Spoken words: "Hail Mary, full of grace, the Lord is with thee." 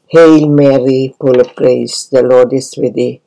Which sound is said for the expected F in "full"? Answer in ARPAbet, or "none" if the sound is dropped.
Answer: P